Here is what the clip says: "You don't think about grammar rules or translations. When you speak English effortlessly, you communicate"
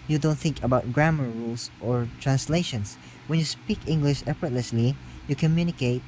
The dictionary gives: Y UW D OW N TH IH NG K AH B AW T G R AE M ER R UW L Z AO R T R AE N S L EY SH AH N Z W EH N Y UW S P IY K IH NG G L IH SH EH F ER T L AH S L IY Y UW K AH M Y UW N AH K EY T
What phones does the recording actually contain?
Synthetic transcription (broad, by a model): Y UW D OW N TH IH NG K AH B AW T G R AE M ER R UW L S AO R T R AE N S L EY SH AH N S W EH N Y UW S P IY K IH NG G L IH SH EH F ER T L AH S L IY Y UW K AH M Y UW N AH K EY T